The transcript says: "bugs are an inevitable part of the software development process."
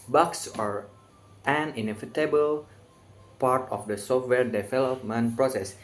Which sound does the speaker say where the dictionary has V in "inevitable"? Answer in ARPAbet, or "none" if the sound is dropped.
F